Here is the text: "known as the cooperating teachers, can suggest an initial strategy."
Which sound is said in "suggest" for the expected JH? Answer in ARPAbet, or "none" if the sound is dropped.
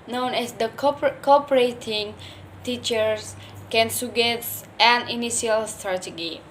none